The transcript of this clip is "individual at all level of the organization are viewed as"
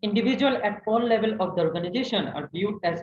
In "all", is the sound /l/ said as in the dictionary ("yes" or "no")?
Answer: no